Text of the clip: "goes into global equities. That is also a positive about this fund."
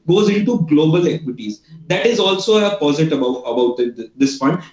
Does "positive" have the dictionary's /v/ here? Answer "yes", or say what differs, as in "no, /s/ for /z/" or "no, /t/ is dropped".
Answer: no, /b/ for /v/